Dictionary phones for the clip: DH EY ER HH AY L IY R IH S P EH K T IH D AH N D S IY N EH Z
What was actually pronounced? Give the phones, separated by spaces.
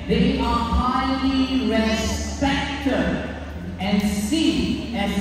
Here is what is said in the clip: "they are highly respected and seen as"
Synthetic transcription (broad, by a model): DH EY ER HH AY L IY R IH S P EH K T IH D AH N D S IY EH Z